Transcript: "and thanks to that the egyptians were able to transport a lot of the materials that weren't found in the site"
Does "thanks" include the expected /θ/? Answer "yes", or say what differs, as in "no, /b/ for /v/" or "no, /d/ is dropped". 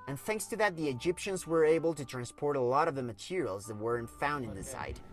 yes